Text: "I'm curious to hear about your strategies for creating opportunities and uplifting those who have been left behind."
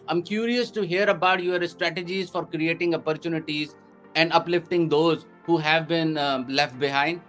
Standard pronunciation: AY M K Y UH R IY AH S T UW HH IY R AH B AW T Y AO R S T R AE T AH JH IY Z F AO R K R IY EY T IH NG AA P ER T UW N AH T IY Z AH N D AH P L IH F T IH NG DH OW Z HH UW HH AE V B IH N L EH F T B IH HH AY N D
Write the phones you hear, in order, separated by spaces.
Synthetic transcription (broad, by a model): AY M K Y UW R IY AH S T UW HH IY R AH B AW T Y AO R S T R AE T AH JH IY Z F AO R K R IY EY T IH NG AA P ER T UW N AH T IY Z AH N D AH P L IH F T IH NG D OW Z HH UW HH AE V B IH N L EH F T B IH HH AY N D